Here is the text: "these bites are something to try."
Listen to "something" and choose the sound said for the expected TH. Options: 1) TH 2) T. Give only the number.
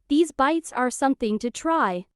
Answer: 1